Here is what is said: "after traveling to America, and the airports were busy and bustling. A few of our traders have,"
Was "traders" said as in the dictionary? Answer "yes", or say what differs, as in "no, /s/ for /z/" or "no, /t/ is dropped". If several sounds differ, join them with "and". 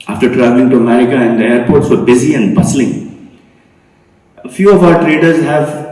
yes